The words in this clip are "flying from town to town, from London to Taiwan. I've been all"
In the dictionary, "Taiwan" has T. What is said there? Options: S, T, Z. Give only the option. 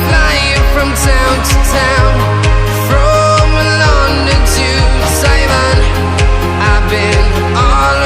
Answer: S